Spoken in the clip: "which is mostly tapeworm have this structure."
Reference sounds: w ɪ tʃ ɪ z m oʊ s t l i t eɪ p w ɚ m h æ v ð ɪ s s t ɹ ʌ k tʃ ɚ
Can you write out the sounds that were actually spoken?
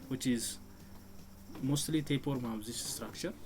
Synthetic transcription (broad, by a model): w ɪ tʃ ɪ z m oʊ s t l i t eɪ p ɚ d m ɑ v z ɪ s s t ɹ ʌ k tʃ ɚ